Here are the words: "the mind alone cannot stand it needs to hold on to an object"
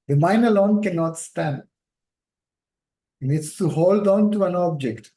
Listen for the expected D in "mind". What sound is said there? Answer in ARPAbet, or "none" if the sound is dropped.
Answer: none